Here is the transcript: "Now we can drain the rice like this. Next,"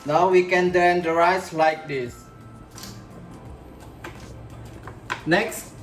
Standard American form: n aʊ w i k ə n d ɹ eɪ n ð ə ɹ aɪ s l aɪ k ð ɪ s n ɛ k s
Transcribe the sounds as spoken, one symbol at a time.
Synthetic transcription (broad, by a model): n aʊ w i k ə n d eɪ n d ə ɹ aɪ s l aɪ k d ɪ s n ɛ k s